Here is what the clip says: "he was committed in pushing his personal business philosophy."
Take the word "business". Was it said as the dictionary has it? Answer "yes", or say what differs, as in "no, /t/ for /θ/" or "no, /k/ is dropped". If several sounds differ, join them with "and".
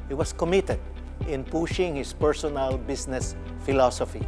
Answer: no, /s/ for /z/